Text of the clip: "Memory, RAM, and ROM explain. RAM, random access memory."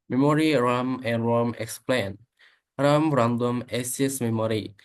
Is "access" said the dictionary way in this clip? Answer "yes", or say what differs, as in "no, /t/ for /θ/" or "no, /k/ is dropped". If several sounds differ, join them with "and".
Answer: no, /k/ is dropped